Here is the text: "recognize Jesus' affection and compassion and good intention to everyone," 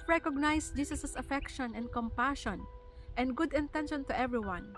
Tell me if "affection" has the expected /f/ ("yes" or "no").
yes